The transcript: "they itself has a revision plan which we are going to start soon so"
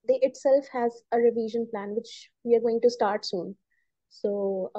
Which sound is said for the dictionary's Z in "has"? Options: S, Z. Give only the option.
Z